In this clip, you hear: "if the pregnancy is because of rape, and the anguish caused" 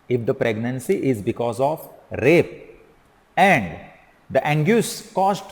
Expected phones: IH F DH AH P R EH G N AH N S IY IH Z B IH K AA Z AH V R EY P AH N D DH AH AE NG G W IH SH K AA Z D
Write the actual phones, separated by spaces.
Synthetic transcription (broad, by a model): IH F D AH P R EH G N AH N S IY IH Z B IH K AA Z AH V R EY P AH N D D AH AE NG G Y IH S K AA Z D